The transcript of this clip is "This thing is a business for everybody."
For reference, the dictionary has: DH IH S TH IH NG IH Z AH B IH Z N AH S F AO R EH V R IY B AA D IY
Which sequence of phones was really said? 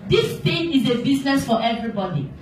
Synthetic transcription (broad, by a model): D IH S T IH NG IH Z AH B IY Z N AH S F AO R EH V R IY B AA D IY